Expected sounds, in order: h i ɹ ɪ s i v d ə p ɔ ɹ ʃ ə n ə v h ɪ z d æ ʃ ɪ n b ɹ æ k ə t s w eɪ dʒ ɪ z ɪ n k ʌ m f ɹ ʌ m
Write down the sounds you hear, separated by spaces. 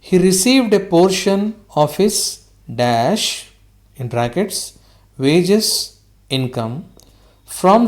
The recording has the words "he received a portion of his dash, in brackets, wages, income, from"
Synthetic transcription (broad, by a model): h i ɹ ɪ s i v d ə p ɔ ɹ ʃ ə n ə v h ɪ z d æ ʃ ɪ n ɹ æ k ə t s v eɪ dʒ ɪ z ɪ n k ʌ m f ɹ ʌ m